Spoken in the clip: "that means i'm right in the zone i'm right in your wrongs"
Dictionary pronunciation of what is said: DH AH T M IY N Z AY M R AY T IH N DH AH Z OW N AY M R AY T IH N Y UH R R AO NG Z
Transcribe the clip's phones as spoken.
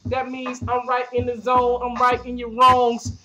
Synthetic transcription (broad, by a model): DH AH T M IY N Z AY M R AY T IH N DH AH Z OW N AY M R AY T IH N Y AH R R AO NG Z